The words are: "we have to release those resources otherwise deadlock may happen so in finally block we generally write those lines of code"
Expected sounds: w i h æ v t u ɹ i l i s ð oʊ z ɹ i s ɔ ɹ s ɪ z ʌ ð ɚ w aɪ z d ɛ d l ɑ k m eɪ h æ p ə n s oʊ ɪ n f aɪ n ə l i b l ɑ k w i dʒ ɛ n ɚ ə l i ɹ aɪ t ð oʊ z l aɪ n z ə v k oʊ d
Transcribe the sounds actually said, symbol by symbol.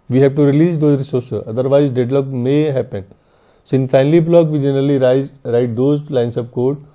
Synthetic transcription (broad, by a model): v i h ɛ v t u ɹ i l i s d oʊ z ɹ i s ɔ ɹ s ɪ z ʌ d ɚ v aɪ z d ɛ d l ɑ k m eɪ h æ p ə n s ɪ n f aɪ n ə l i b l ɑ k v i dʒ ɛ n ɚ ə l i ɹ aɪ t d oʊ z l aɪ n s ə p k oʊ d